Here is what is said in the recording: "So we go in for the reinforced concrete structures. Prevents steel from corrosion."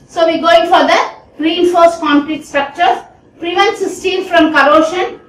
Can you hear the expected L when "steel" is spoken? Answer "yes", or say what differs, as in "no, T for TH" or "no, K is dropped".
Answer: no, N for L